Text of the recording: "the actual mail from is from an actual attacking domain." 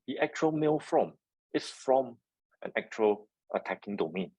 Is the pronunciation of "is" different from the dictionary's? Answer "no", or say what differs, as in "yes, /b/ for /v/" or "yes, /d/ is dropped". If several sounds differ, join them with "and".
yes, /s/ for /z/